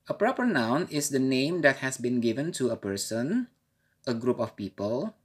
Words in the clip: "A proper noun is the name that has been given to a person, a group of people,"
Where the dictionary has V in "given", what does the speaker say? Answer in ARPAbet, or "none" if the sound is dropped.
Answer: V